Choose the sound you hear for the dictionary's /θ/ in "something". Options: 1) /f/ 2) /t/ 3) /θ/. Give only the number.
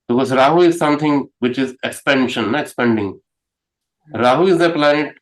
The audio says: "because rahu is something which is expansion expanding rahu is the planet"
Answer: 2